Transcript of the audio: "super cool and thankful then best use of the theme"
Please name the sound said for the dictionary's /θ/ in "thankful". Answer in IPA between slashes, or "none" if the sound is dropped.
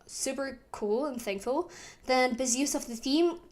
/θ/